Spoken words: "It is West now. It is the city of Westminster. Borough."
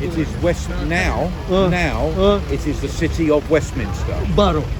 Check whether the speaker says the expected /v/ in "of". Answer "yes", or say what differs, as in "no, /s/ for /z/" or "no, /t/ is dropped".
yes